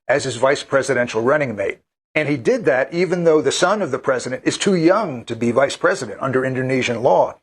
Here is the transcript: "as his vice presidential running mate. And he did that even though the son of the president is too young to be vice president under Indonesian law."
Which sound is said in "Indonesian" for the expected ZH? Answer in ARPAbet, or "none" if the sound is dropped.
ZH